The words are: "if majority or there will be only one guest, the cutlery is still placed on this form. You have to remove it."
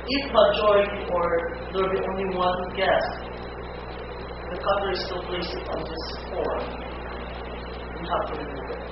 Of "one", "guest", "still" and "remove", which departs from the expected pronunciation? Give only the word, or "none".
remove